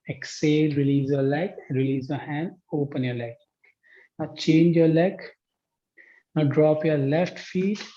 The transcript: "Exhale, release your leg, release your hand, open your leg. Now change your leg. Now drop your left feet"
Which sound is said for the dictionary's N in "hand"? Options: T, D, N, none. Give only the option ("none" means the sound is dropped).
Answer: N